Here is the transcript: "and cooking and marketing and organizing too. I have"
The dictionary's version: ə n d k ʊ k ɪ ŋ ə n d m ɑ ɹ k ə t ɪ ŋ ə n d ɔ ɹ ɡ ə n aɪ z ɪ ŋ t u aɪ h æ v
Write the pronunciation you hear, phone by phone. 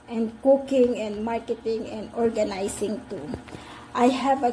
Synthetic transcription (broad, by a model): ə n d k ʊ k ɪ ŋ ə n d m ɑ ɹ k ə t ɪ ŋ ə n d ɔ ɹ ɡ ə n aɪ s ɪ ŋ t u aɪ h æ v